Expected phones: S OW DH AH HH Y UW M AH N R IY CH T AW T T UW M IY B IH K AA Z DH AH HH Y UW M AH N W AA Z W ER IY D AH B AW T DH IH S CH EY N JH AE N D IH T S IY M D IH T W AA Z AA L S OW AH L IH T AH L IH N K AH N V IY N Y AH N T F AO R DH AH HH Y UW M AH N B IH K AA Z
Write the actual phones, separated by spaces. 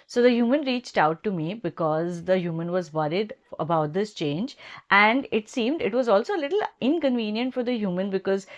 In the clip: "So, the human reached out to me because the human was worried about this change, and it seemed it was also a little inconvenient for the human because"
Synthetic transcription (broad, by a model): S OW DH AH HH Y UW M AH N R IY CH T AW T T UW M IY B IH K AA Z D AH HH Y UW M AH N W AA Z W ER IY D AH B AW T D IH S CH EY N JH AE N D IH T S IY M D IH T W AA Z AA L S OW AH L IH T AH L IH N K AH N V IY N Y AH N T F AO R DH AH HH Y UW M AH N B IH K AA Z